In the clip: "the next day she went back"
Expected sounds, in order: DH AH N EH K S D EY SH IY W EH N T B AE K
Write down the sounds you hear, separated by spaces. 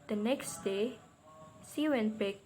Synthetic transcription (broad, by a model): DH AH N EH K S D EY S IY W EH N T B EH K